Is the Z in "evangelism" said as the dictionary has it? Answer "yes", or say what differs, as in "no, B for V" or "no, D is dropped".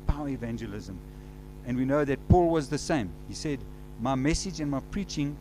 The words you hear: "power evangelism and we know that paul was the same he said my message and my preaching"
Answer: yes